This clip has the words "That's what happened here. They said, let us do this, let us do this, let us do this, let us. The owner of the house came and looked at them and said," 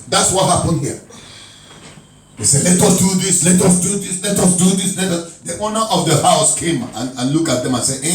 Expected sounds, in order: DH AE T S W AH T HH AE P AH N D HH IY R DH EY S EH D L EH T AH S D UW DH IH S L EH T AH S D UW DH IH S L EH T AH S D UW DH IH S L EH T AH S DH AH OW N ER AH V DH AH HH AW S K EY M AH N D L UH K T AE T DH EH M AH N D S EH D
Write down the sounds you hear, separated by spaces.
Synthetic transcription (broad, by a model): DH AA T S W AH T HH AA P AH N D HH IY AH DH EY S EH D L EH T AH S D UW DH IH S L EH T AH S D UW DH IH S L EH T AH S D UW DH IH S L EH T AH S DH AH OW N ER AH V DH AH HH AW S K EY M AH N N L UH K AA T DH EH M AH N S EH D